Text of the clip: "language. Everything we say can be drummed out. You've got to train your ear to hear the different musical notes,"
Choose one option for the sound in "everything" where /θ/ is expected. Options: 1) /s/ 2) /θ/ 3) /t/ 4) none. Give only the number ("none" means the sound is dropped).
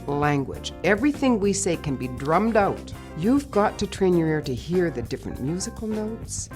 2